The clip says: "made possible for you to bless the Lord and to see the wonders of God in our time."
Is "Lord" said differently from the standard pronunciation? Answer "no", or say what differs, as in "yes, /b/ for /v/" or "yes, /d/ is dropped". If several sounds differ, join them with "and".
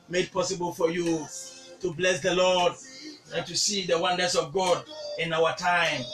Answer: no